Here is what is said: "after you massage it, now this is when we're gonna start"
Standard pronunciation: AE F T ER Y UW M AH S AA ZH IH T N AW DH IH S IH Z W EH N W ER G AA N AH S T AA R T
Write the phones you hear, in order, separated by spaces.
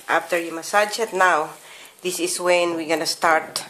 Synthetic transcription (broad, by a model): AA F T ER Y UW M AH S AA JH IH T N AW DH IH S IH S W EH N W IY G AA N AH S T AA R T